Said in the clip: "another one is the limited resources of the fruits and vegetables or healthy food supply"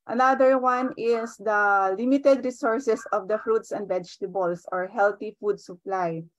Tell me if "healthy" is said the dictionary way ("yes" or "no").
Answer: no